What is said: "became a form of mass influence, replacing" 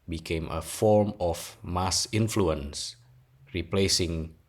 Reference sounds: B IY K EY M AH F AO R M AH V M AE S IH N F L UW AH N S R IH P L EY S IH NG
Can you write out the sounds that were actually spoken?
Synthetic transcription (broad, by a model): B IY K EY M AH F AO R M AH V M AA S IH N F L UW AH N S R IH P L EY S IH NG